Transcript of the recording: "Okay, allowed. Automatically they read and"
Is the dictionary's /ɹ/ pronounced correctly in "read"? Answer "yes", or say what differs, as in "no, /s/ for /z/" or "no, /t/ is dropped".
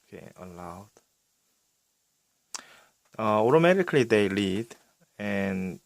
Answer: no, /l/ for /ɹ/